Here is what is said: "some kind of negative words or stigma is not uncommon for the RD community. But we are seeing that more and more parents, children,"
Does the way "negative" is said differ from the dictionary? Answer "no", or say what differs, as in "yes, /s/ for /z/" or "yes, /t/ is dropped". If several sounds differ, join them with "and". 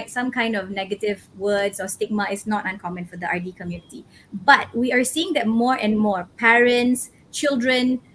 no